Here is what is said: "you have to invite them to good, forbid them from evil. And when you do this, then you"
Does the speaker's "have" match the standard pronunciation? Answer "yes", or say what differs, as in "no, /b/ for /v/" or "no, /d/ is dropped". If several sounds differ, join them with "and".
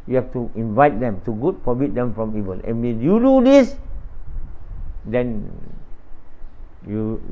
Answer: no, /f/ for /v/